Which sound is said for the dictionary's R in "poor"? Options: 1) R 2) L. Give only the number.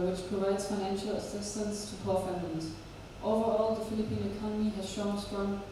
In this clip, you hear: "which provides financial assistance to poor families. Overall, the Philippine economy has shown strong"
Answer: 2